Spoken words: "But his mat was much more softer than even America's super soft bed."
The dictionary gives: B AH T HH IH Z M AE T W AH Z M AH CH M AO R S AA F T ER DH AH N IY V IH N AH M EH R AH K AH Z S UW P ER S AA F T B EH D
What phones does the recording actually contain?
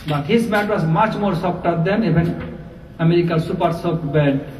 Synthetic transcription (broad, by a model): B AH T HH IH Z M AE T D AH S M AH CH M AO R S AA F T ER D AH N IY B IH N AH M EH R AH K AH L S UW P ER S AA P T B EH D